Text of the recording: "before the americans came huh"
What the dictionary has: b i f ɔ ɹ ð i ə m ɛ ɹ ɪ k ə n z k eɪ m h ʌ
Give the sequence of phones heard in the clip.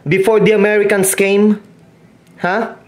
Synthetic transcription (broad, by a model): b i f ɔ ɹ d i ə m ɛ ɹ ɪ k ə n s k eɪ m h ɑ